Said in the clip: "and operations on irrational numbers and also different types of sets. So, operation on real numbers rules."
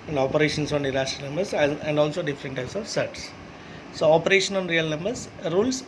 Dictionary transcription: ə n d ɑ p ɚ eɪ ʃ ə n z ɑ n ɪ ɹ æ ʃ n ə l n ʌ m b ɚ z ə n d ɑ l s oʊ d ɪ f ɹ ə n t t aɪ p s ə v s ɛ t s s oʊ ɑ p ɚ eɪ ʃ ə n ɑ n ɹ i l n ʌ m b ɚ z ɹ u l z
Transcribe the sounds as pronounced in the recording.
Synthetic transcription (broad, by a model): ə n d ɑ p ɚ eɪ ʃ ə n s ɑ n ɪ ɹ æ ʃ ə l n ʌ m b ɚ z ə n d ɑ l s oʊ d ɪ f ɹ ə n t t aɪ p s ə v s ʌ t s s oʊ ɑ p ɚ eɪ ʃ ə n ɑ n ɹ i l n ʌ m b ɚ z ɹ u l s